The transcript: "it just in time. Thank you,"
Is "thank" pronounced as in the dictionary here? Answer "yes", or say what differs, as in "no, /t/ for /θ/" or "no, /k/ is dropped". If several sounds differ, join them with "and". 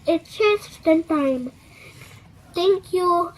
no, /t/ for /θ/